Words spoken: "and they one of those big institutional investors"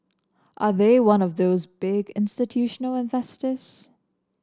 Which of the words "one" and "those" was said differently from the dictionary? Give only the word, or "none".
none